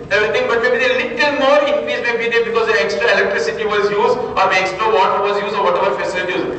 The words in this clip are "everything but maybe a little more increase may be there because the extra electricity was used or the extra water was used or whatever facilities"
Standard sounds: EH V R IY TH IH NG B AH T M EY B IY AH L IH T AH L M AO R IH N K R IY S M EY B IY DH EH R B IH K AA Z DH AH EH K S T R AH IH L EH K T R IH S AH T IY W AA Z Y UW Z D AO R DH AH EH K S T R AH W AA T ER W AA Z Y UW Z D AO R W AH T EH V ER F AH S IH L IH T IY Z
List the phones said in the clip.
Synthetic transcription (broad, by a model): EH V R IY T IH NG B AH T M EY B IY AH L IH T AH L M AO R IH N K R IY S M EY B IY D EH B IH K AA Z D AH EH K S T R AH IH L EH K T R IH S AH T IY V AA Z Y UW Z D AO R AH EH K S T R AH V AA T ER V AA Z Y UW Z D AO R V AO T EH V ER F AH S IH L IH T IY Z